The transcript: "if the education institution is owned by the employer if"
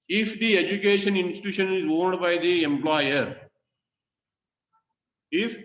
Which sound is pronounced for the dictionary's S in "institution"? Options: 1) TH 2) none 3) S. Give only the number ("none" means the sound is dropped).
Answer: 3